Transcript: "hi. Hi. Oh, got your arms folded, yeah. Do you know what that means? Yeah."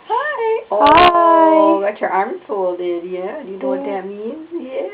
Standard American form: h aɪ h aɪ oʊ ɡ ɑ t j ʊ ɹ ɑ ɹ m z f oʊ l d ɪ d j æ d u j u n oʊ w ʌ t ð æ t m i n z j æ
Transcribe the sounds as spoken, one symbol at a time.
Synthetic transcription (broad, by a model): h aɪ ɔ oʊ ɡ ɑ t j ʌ ɹ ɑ ɹ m f oʊ l d ɪ d j æ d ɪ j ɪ n oʊ w ʌ t ð æ t m i n z j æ